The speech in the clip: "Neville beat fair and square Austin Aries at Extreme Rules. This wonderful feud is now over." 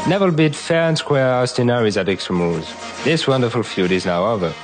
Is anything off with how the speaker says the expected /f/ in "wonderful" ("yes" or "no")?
no